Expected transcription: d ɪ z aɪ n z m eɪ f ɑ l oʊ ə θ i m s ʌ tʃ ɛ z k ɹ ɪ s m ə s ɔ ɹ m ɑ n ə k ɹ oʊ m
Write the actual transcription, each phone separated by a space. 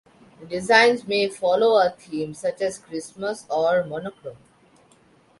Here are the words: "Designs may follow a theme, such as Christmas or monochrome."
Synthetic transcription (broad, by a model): d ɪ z aɪ n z m eɪ f ɑ l oʊ ə t i m s ʌ tʃ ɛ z k ɹ ɪ s m ə s ɔ ɹ m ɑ n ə k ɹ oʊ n